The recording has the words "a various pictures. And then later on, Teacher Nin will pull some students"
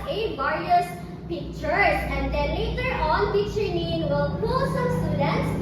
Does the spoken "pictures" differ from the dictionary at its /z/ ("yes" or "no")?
yes